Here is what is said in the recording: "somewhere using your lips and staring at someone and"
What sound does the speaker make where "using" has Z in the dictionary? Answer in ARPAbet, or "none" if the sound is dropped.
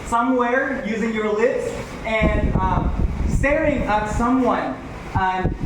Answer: Z